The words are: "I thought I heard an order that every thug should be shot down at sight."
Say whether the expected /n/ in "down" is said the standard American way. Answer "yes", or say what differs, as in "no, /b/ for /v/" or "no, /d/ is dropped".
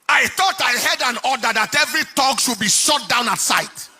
yes